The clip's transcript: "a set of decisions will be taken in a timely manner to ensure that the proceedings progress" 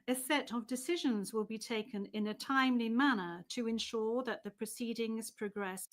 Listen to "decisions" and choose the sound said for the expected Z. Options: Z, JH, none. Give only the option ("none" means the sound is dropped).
Z